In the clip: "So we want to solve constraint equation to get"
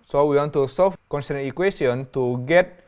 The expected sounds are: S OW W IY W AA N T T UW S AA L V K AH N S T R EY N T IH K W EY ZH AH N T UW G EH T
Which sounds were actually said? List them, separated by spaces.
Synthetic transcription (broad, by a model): S OW W IY W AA N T T UW S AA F K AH N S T EY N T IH K W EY S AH N T UW G EH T